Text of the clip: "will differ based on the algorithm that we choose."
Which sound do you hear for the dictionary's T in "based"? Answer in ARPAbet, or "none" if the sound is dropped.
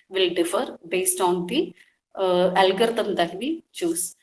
T